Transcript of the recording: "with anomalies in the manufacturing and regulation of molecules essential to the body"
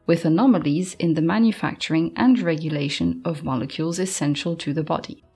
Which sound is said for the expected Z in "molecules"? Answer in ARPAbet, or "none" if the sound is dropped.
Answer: Z